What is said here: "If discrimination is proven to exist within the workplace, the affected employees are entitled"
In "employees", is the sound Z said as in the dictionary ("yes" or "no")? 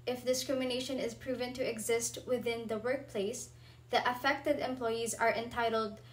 yes